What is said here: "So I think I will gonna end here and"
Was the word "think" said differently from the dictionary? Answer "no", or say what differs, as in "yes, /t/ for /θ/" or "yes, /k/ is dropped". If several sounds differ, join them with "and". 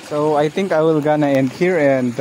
yes, /t/ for /θ/